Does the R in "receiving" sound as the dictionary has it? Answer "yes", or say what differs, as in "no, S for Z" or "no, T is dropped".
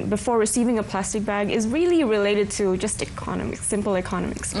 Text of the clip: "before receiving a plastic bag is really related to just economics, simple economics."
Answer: yes